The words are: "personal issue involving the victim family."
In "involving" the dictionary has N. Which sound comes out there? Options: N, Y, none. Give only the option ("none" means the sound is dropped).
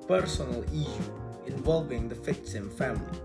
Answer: N